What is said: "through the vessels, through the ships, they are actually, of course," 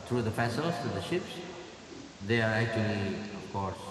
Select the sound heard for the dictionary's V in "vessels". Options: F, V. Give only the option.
F